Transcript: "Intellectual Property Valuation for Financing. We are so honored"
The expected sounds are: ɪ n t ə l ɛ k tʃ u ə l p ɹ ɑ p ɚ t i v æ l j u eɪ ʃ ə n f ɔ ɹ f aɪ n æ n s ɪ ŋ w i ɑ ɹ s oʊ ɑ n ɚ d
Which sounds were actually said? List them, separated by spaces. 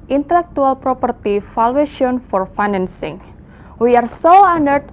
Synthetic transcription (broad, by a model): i n t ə l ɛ k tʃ u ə l p ɹ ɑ p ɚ t i f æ l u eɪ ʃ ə n f ɔ ɹ f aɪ n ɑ n s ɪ ŋ w i ɑ ɹ s oʊ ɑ n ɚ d